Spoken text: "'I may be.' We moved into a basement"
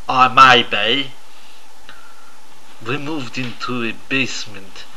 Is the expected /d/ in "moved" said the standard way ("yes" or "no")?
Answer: yes